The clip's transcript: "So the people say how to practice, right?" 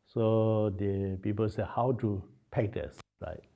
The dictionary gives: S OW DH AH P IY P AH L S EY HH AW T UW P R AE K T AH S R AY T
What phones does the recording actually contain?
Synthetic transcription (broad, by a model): S OW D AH P IY P AH L S EY HH AW T UW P EH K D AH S R AY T